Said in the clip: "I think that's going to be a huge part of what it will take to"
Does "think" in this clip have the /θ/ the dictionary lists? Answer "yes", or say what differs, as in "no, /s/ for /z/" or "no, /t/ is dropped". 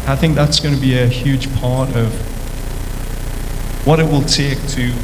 yes